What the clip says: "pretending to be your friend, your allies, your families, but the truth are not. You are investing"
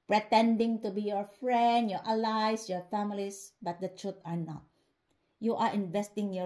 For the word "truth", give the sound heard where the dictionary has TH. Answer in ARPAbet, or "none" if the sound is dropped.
T